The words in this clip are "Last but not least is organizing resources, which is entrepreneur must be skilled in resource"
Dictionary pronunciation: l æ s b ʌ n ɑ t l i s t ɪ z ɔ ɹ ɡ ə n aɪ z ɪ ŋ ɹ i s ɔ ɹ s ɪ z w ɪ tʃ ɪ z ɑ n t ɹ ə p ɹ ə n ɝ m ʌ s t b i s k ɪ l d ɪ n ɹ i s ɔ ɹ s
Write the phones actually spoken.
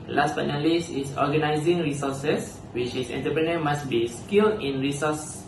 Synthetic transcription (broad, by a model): l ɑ s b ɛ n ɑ l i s ɪ s ɔ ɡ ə n aɪ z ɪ ŋ ɹ i s ɔ s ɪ s w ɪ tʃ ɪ s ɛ n t ə p ɹ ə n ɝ m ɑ s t b i s k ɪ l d ɪ n ɹ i s ɔ s